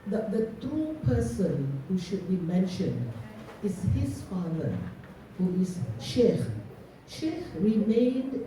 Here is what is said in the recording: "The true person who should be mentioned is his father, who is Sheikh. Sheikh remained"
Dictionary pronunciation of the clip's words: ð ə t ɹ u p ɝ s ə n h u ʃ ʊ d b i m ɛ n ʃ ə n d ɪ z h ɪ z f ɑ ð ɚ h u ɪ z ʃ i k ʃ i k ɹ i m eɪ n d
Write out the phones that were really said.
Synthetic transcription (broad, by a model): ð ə t ɹ u p ɝ s ə n h u ʃ ʊ d b i m ɛ n ʃ ə n d ɪ z h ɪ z f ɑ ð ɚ h u ɪ z ʃ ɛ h ʃ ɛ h ɹ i m eɪ n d